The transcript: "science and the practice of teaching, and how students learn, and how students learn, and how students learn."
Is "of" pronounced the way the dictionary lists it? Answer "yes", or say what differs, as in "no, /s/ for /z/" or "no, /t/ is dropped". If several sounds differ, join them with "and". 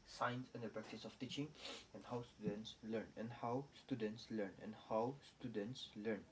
no, /f/ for /v/